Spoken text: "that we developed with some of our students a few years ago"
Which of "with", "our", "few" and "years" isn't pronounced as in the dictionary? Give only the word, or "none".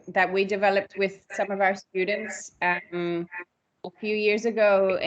none